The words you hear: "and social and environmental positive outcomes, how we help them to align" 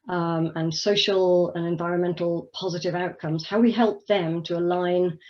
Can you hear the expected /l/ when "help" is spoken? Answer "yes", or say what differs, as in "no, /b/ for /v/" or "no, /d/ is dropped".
yes